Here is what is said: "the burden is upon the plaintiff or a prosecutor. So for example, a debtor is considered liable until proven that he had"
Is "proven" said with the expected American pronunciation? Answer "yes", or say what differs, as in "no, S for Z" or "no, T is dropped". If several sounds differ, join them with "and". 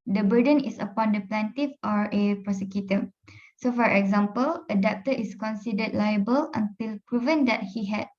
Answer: yes